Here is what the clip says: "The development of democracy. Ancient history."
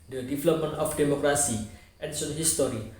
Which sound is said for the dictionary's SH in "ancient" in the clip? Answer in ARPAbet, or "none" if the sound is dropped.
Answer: S